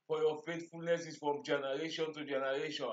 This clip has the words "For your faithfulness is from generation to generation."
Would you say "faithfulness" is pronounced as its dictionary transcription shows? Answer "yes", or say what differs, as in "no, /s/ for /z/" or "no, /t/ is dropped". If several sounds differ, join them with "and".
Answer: no, /t/ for /θ/